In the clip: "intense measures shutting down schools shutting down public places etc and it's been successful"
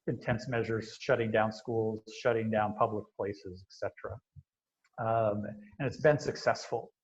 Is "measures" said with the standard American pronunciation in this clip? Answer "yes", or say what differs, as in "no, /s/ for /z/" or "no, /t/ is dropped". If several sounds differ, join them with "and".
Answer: yes